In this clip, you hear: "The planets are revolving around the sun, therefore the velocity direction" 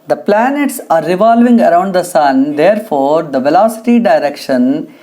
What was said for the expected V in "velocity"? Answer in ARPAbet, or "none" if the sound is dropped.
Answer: V